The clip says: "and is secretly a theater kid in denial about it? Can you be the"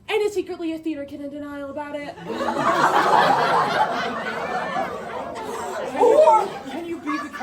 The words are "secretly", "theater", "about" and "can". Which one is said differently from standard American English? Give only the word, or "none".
none